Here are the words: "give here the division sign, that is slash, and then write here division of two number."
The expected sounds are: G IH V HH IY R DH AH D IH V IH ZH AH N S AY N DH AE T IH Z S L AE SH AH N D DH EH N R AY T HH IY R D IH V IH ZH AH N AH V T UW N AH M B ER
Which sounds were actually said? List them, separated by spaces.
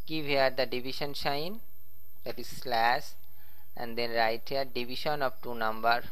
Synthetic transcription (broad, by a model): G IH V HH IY R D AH D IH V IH SH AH N SH AY N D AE T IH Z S L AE S AH N D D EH N R AY T HH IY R D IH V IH SH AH N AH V T UW N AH M B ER